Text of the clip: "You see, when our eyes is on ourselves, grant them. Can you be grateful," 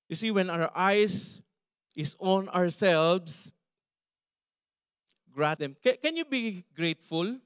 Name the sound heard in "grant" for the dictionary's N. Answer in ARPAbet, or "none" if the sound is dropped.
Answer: none